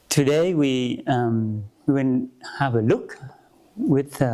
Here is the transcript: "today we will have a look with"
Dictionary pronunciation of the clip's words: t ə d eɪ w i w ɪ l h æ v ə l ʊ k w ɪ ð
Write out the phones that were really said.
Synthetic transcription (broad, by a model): t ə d eɪ w i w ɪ n h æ v ə l ʊ k w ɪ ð